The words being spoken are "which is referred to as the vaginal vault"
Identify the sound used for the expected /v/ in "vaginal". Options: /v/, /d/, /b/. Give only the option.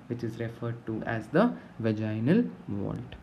/v/